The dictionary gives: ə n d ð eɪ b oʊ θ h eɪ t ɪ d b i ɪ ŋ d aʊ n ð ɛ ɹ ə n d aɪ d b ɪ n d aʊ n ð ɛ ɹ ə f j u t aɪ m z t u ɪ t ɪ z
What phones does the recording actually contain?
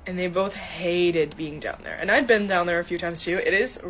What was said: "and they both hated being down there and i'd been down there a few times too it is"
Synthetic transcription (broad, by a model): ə n ð eɪ b oʊ θ h eɪ t ɪ d b i ɪ ŋ d aʊ n ð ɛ ɹ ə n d aɪ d b ɪ n d aʊ n ð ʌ ɹ ə f j u t aɪ m z t u ɪ t ɪ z